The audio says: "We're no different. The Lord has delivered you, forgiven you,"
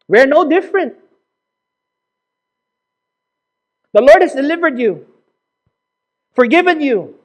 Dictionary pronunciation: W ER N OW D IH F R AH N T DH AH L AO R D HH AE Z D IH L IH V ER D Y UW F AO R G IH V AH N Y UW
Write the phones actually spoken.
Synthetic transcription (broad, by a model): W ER N OW D IH F R AH N T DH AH L AO R D HH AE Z D IH L IH V ER D Y UW F AO R G IH V AH N Y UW